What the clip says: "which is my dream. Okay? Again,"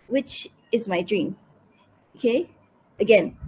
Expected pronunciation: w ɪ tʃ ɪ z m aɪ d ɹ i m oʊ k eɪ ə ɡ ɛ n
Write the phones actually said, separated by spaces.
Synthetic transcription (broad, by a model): w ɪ tʃ ɪ z m aɪ d ɹ i m oʊ k eɪ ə ɡ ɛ n